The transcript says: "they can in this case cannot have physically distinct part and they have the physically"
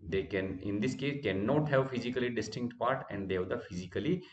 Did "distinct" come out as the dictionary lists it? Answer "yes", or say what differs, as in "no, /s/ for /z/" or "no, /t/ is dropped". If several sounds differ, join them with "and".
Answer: yes